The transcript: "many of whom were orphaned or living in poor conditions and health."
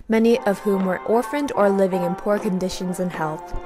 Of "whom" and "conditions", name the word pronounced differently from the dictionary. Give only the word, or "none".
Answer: none